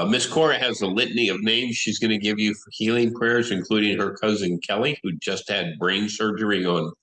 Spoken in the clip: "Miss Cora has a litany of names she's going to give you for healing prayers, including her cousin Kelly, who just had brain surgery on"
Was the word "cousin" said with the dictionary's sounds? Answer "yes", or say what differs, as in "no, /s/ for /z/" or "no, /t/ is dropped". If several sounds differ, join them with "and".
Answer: yes